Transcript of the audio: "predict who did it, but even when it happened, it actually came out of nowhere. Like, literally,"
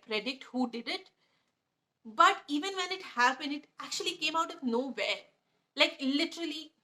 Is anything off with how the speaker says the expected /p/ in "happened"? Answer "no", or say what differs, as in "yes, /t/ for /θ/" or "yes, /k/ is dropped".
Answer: yes, /b/ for /p/